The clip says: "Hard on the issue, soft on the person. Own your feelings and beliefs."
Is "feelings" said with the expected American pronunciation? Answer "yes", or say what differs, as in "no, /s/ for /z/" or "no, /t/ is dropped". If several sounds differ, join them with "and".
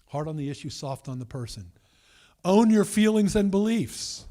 yes